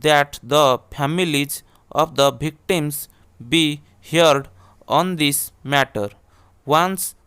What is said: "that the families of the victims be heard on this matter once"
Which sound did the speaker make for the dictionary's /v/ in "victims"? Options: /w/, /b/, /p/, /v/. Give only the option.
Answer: /b/